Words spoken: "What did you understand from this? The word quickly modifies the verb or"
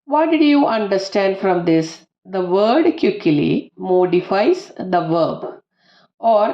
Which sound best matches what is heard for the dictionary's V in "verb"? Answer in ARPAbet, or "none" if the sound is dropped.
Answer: V